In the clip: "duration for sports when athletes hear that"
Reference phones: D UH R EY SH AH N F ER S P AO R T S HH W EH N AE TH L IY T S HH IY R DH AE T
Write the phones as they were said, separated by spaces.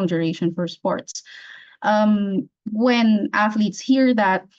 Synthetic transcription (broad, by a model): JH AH R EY SH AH N F ER S P AO R T S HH W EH N AE TH L IY T S HH IY R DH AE T